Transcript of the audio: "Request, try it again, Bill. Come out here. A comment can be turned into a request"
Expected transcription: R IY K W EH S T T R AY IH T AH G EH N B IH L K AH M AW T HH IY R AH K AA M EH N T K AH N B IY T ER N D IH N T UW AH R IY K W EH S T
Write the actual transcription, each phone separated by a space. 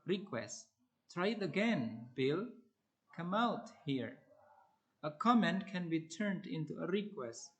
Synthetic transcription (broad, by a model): R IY K W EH S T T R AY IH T AH G EH N B IH L K AH M AW T HH IY R AH K AA M EH N T K AH N B IY T ER N D IH N T UW AH R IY K W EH S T